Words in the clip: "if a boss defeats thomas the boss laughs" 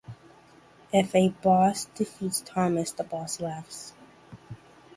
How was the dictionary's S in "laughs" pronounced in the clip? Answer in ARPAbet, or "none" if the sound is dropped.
S